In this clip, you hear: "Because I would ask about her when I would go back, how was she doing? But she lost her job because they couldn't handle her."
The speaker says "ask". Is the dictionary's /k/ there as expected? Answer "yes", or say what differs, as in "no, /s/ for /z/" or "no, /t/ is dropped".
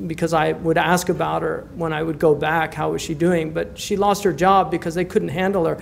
yes